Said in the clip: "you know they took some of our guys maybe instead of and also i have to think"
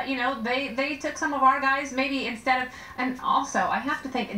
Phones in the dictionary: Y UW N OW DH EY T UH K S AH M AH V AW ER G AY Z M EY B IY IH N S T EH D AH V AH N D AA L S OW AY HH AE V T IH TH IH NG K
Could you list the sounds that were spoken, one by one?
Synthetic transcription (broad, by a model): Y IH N OW DH EY T UH K S AH M AH V AW ER G AY Z M EY B IY IH N S T EH D AH V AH N AA L S OW AY HH AE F T IH TH IH NG K